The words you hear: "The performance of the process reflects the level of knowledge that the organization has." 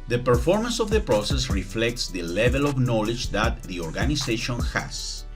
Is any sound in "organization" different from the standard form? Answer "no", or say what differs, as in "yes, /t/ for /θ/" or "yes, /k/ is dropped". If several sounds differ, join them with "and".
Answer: yes, /s/ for /z/